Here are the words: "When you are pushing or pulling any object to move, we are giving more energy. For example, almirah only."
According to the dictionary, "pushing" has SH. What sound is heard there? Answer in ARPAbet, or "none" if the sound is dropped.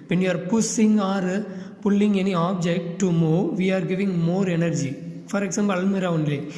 S